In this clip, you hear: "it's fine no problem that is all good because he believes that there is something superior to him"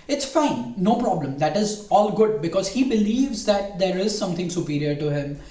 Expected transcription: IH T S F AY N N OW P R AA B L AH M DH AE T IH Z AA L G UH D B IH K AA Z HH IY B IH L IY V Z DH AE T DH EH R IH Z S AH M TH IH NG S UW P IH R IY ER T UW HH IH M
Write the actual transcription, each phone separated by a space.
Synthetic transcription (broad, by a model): IH T S F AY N N OW P R AA B L AH M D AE T IH Z AA L G UH D B IH K AA Z HH IY B IH L IY V Z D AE T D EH R IH Z S AH M T IH NG S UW P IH R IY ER T UW HH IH M